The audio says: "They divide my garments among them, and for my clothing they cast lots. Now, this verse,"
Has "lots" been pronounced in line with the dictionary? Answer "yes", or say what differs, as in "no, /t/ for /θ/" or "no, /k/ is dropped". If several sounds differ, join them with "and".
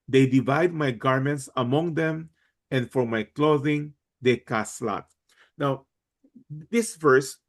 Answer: no, /s/ is dropped